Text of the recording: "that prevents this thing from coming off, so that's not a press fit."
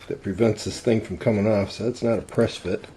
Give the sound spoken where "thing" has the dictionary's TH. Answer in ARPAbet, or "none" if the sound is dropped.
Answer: TH